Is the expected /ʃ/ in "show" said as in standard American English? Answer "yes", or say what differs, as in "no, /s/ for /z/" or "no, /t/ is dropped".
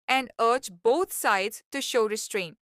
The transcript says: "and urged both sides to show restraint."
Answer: yes